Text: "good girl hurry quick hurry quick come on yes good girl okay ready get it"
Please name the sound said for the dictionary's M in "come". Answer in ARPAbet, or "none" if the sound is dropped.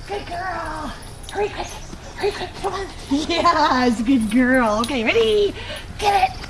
none